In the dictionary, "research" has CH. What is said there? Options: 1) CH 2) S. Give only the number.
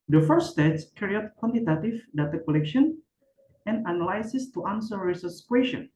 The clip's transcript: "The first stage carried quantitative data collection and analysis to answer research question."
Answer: 2